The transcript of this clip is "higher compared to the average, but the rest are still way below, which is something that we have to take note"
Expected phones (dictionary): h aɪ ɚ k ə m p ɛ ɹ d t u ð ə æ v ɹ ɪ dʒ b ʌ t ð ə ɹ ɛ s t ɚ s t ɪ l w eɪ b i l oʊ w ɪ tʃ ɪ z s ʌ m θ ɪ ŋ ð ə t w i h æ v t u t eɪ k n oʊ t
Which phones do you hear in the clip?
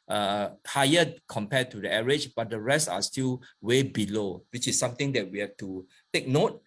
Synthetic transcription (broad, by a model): h aɪ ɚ k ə m p ɛ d t u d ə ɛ ɹ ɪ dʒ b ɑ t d ə ɹ ɛ s t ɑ s t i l w eɪ b i l oʊ w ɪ tʃ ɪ s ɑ m t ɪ ŋ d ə t w i h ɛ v t u t eɪ k n oʊ t